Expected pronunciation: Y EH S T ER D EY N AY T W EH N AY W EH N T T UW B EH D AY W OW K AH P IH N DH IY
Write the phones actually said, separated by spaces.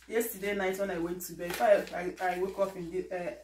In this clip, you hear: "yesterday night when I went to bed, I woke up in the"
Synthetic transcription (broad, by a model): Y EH S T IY D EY N AY T W EH N AY W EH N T T UW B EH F AY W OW K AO F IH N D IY